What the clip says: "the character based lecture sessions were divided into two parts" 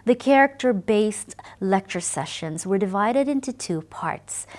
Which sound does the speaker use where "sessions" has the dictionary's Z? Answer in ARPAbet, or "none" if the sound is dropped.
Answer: Z